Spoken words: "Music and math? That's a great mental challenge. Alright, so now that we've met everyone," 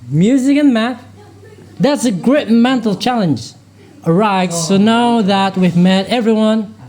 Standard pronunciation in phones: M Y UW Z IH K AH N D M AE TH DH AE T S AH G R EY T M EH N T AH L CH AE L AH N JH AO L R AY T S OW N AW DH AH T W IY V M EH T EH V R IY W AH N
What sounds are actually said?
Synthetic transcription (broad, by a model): M Y UW Z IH K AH N M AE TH DH AE T S AH G R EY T M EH N T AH L CH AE L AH N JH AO R AY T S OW N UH DH AH T W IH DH M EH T EH V R IY W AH N